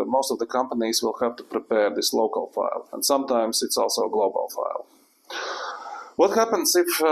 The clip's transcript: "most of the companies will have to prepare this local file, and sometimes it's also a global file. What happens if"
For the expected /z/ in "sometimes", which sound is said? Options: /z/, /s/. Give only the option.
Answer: /s/